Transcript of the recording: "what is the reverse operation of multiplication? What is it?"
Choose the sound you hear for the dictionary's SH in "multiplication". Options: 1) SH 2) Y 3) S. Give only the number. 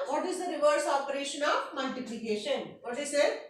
1